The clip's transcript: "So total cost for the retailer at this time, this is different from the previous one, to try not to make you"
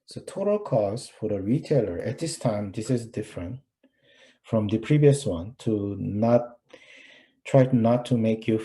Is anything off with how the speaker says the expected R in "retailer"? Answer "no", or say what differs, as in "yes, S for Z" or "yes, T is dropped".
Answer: no